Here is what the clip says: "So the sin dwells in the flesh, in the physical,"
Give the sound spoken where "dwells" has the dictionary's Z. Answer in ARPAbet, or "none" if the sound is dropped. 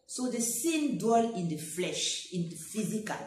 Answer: none